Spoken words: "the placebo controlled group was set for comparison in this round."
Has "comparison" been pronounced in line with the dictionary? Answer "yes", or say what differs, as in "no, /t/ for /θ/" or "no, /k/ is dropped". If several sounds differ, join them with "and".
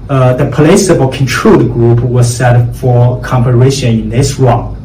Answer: no, /ʃ/ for /s/